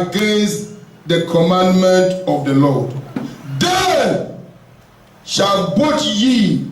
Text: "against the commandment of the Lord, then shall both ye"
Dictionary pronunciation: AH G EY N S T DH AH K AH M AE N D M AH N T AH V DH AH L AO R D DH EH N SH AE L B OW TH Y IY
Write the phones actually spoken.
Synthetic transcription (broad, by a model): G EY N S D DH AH K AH M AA N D M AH N T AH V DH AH L AO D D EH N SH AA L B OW T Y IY